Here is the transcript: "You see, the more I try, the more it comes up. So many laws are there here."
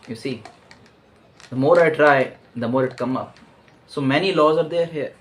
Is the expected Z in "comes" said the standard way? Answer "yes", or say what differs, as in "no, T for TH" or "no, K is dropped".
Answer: no, Z is dropped